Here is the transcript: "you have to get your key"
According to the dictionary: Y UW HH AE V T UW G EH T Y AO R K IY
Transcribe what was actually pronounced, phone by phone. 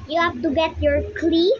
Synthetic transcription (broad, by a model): Y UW HH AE F T UW G EH T Y AO R K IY